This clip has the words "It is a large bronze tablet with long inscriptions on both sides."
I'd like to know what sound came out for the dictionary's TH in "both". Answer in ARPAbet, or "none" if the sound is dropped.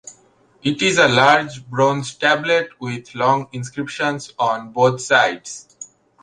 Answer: T